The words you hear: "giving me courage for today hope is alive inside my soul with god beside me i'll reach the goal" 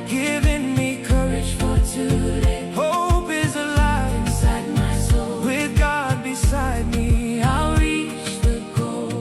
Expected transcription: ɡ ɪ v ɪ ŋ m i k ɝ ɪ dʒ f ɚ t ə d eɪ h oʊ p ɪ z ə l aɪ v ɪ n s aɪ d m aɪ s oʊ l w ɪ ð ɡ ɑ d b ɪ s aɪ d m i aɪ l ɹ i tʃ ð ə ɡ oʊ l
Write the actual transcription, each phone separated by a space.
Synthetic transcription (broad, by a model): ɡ ɪ v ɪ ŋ m i k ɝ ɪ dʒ f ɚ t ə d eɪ h oʊ p ɪ z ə l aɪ ɪ s aɪ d m aɪ s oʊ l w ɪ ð ɡ ɑ d b ɪ s aɪ d m i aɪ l ɹ i tʃ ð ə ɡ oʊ